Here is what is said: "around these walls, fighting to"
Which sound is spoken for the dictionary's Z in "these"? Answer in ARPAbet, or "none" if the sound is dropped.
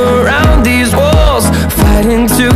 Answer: Z